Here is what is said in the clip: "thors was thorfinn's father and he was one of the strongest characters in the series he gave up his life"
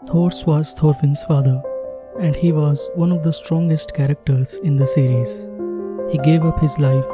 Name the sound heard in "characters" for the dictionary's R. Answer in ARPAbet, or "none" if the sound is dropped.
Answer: R